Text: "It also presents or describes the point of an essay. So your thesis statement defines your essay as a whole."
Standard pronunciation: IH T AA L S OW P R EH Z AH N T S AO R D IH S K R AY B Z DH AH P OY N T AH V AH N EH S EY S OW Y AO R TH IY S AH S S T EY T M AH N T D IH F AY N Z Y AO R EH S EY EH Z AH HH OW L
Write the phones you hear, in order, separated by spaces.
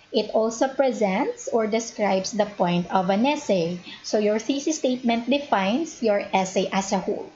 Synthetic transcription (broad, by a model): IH T AA L S OW P R EH Z AH N T S AO R D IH S K R AY B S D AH P OY N T AH V AH N EH S EY S OW Y AO R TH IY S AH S S T EY T M AH N T D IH F AY N S Y AO R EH S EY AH S AH HH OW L